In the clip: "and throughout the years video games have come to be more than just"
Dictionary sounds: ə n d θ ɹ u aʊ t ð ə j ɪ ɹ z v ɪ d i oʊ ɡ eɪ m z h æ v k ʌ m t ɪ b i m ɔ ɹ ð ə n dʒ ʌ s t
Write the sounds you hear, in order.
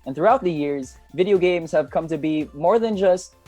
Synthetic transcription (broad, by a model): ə n θ ɹ u aʊ t ð ə j ɪ ɹ z v ɪ d i oʊ ɡ eɪ m z h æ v k ʌ m t ɪ b i m ɔ ɹ ð ə n dʒ ʌ s t